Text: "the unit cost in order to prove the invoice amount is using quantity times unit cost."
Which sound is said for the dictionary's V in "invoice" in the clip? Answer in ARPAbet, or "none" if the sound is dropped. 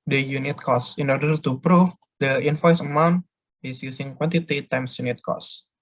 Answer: F